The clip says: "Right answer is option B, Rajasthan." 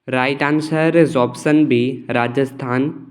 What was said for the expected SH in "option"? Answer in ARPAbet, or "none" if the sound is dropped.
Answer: S